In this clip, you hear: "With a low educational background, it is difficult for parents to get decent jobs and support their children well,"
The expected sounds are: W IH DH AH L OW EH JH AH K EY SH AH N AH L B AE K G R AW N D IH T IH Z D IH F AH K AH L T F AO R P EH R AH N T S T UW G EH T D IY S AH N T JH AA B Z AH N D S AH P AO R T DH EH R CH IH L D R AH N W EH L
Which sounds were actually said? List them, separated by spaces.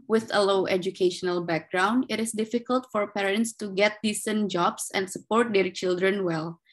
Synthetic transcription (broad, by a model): W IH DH AH L OW EH JH AH K EY SH AH N AH L B AE K G R AW N D IH T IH S D IH F AH K AH L T F AO R P EH R AH N T S T UW G EH T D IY S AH N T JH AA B S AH N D S AH P AO R T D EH R CH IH L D R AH N W EH L